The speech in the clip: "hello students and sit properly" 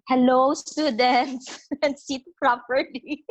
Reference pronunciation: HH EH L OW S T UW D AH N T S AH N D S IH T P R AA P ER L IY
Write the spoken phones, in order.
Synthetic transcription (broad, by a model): HH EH L OW S T UW D AH N T S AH N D S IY T P R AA P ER L IY